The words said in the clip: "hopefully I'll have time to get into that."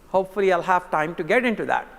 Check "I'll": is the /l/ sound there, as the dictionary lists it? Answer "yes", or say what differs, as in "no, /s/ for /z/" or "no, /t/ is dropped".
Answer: yes